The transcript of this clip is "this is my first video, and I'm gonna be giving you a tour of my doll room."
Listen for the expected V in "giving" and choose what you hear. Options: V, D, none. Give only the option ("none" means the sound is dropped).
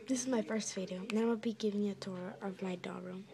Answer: V